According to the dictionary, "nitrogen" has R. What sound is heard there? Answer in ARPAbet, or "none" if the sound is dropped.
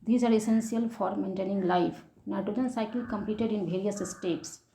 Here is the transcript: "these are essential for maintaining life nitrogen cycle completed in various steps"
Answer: none